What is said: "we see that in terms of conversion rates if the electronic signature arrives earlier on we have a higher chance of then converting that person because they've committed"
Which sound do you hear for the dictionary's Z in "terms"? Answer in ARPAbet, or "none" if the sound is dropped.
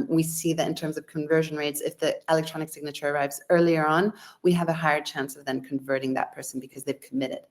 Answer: Z